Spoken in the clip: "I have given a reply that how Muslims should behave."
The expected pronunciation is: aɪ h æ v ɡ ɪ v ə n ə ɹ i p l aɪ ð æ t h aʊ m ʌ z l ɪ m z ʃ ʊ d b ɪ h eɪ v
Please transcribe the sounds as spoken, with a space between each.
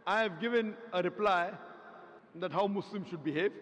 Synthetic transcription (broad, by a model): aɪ h æ v ɡ ɪ v ə n ə ɹ i p l aɪ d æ t h aʊ m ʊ s l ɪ m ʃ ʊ d b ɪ h eɪ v